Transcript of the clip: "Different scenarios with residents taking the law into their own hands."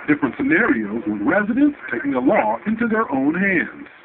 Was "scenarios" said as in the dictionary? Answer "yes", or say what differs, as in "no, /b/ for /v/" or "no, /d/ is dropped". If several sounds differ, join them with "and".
yes